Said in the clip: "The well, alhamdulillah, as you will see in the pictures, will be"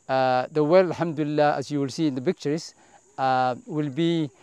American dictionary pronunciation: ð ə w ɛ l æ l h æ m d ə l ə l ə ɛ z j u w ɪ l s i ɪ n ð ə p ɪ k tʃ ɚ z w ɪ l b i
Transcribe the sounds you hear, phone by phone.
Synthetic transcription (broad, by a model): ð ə w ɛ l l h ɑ m d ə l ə l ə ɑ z j u w ɪ l s i ɪ n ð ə b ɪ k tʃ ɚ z w ɪ l b i